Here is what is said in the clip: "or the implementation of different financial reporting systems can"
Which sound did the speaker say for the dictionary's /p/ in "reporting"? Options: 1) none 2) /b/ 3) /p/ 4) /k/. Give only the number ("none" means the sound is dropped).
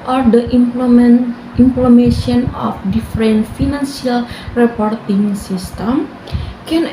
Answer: 3